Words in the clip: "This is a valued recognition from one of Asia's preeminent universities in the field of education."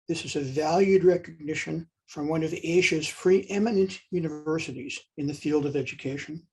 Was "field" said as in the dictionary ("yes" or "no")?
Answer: yes